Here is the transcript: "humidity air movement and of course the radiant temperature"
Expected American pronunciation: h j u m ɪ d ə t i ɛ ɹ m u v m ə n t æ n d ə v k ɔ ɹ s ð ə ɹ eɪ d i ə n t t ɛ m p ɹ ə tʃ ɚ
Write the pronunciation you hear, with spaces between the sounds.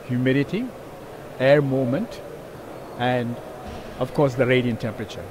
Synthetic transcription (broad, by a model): h j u m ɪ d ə t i ɛ ɹ m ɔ m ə n t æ n d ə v k ɔ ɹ s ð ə ɹ eɪ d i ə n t t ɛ m p ɹ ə tʃ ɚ